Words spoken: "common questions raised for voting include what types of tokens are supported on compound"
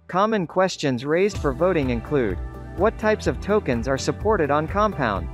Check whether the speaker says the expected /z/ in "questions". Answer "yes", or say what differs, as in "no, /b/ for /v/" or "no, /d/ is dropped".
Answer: yes